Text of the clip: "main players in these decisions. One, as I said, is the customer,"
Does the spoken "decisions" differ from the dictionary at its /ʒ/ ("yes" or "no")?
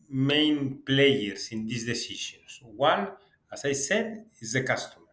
yes